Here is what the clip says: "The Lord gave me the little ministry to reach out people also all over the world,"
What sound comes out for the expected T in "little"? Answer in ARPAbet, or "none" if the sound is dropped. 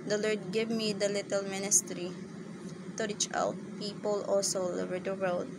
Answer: T